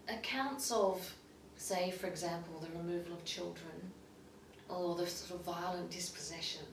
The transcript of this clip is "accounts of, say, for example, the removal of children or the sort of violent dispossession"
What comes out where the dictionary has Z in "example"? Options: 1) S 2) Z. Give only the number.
2